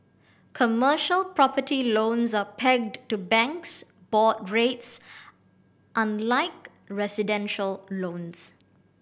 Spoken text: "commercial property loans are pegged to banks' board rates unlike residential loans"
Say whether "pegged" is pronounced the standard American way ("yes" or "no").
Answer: yes